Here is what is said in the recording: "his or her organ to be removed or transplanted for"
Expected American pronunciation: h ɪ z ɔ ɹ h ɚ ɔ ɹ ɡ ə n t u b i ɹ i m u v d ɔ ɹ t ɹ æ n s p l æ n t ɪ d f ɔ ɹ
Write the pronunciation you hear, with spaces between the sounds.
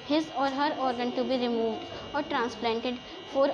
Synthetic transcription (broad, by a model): h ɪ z ɔ ɹ h ɚ ɔ ɹ ɡ ə n t u b i ɹ i m u v d ɔ ɹ t ɹ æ n s p l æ n t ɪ d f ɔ ɹ